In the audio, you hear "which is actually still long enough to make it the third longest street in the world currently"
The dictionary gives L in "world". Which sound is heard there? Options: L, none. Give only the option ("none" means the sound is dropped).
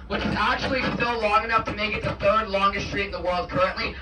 L